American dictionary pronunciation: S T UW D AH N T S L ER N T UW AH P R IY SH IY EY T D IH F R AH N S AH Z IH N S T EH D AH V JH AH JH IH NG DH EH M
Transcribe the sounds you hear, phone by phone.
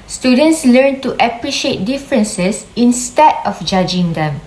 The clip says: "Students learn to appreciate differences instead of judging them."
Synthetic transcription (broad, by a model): S T UW D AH N T S L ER N T UW AH P R IY SH IY EY T D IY F R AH N S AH S IH N S T EH D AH F JH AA JH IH NG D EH M